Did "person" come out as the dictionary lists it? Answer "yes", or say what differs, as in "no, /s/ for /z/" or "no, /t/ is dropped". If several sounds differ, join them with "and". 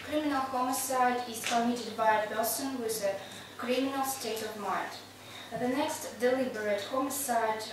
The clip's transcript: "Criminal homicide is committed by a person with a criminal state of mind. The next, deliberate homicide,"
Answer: no, /b/ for /p/